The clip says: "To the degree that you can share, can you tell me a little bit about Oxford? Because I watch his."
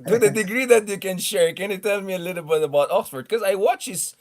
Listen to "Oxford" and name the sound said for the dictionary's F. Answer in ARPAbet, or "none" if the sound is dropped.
F